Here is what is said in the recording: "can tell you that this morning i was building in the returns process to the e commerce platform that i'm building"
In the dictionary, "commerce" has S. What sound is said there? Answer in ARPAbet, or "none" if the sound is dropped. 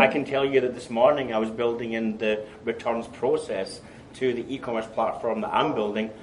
S